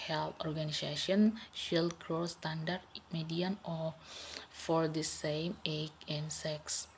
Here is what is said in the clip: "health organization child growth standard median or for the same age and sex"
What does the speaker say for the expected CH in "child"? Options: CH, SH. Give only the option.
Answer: SH